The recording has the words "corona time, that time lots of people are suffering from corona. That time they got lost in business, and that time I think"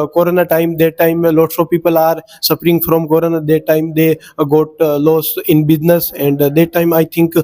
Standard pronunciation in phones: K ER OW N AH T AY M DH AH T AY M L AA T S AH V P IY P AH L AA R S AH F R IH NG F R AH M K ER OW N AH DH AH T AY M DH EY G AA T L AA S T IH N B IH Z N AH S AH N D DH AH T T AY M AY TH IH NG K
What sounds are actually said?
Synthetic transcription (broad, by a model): K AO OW N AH T AY M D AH T AY M L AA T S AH P IY P AH L AA R S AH P R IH NG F R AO M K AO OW N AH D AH T AY M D EY G AA T L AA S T IH N B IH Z N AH S AH N D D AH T T AY M AY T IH NG K